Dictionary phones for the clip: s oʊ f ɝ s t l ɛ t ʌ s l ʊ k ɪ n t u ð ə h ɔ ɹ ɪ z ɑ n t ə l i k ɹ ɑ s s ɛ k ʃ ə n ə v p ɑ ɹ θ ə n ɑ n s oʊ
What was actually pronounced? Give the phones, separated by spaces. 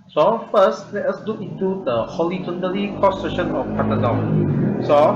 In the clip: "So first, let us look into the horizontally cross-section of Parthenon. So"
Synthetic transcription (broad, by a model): s oʊ f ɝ s t l ɛ t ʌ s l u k ɪ n t u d ə h ɔ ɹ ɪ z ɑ n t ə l i k ɑ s s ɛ ʃ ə n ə f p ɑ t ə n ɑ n s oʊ